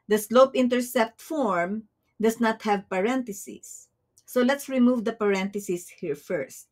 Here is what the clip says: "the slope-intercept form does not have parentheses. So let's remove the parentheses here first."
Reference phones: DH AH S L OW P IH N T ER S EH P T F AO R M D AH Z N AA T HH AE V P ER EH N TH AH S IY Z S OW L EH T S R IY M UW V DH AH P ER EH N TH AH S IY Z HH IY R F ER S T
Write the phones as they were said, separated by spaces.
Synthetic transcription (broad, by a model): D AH S L OW P IH N T ER S EH P T F AO R M D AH S N AA T HH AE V P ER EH N T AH S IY S OW L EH T S R IY M UW V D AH P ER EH N T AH S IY S HH IY R F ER S T